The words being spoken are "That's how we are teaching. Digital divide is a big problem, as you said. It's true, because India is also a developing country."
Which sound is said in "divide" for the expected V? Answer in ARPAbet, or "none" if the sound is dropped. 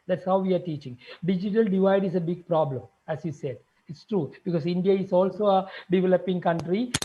V